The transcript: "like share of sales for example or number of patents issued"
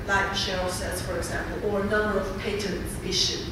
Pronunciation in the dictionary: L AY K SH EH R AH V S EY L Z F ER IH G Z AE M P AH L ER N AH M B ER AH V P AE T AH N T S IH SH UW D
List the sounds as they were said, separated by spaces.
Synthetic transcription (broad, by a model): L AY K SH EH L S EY Z F ER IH G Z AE M P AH L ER N AH M B ER AH V P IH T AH N T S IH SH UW